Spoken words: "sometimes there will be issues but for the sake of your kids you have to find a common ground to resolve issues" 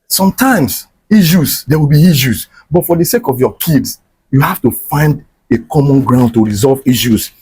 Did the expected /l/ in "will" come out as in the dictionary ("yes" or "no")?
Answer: no